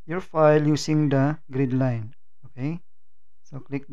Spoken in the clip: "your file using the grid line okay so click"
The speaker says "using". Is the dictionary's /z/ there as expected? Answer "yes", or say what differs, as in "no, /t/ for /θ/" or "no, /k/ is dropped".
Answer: no, /s/ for /z/